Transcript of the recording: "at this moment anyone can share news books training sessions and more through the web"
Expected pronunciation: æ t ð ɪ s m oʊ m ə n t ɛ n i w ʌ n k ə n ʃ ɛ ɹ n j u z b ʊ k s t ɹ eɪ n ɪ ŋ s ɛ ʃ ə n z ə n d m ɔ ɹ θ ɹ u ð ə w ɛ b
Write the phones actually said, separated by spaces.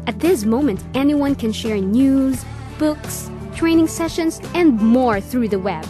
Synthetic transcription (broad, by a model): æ t ð ɪ s m oʊ m ə n t ɛ n i w ʌ n k ə n ʃ ɛ ɹ n j u z b ʊ k s t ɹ eɪ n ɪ ŋ s ɛ ʃ ə n z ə n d m ɔ ɹ θ ɹ u ð ə w ɛ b